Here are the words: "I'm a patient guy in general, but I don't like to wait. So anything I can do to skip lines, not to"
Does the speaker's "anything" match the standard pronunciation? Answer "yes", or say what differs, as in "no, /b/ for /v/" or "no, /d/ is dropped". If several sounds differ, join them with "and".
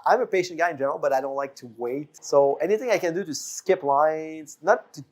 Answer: yes